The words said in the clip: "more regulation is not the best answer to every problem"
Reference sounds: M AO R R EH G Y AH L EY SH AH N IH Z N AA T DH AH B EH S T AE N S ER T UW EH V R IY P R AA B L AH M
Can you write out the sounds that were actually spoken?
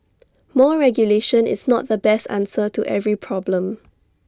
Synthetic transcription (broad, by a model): M AO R R EH G Y AH L EY SH AH N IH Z N AA T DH AH B EH S T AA N S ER T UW EH V R IY P R AA B L AH M